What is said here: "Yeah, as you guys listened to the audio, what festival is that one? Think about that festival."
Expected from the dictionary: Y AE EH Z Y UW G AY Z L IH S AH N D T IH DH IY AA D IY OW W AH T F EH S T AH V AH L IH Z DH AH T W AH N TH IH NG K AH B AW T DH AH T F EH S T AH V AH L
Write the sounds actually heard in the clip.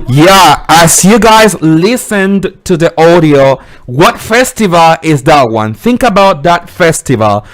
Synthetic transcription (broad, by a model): Y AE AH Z Y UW G AY Z L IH S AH N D T IH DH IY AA D IY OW W AH T F EH S T AH V AH L IH Z DH AH T W AH N TH IH NG K AH B AW T DH AH T F EH S T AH V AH L